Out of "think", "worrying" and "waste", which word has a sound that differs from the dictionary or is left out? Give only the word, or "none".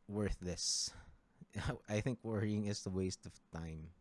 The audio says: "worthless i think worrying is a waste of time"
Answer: none